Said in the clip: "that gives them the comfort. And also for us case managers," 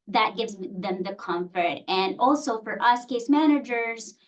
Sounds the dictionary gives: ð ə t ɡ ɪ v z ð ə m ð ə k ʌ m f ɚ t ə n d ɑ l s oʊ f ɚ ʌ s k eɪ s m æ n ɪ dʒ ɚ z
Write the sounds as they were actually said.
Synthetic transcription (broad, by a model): ð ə t ɡ ɪ v z ð ə m ð ə k ʌ m f ɚ t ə n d ɑ l s oʊ f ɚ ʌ s k eɪ s m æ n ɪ dʒ ɚ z